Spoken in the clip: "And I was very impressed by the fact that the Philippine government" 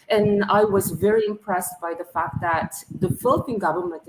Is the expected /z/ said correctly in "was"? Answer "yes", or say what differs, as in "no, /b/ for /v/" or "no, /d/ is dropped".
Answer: yes